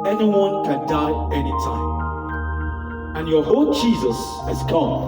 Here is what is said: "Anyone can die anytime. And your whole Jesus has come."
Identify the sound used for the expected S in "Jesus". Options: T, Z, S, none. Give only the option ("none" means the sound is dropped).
S